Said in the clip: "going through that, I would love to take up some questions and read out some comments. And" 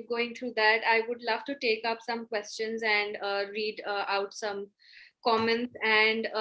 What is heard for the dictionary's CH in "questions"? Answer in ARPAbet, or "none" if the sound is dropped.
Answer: CH